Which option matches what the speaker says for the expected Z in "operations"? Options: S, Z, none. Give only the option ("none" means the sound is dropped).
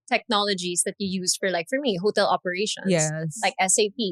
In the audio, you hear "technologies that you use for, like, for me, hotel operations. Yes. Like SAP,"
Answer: none